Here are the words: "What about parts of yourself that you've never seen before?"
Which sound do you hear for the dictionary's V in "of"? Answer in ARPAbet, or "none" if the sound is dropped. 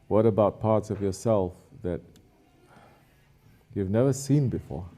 V